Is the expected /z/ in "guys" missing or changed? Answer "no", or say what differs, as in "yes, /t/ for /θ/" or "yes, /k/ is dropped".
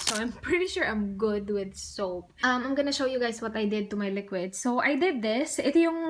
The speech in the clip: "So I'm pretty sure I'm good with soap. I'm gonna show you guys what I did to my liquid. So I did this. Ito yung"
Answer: yes, /s/ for /z/